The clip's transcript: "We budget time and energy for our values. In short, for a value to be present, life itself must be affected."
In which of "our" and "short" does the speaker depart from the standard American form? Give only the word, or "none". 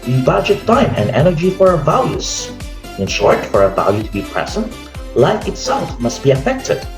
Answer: none